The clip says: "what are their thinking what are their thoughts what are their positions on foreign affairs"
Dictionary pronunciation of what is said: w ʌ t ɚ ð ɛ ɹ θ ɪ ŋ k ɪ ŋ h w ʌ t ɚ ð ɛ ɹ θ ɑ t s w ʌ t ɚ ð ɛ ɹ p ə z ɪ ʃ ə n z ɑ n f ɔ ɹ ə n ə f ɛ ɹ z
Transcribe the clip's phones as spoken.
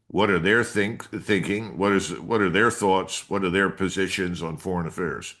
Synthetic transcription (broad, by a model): w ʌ t ɚ ð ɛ ɹ θ ɪ ŋ k ɪ ŋ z w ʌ t ɚ ð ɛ ɹ θ ɑ t s w ʌ t ɚ ð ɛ ɹ p ə z ɪ ʃ ə n z n f ɔ ɹ ə n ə f ɛ ɹ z